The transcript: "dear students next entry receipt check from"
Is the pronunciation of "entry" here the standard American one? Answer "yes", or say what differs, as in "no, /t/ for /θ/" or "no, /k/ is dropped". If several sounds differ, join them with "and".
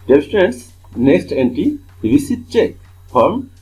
no, /ɹ/ is dropped